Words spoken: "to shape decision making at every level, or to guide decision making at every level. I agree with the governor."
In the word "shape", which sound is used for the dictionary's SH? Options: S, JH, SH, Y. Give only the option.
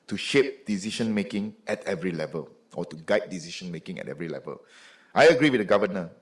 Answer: SH